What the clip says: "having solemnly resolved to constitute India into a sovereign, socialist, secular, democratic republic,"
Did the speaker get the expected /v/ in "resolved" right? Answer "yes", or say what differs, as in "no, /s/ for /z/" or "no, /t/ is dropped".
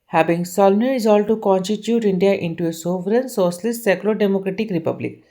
no, /v/ is dropped